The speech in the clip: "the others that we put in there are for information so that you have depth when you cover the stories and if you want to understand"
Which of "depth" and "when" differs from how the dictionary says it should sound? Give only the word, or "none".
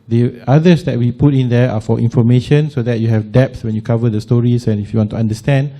depth